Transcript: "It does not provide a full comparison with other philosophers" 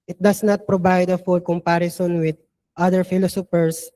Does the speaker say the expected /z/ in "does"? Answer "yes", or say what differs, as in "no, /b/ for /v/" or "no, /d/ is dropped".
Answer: no, /s/ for /z/